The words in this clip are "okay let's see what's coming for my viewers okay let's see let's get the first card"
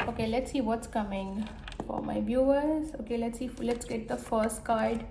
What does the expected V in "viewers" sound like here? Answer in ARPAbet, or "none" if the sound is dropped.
B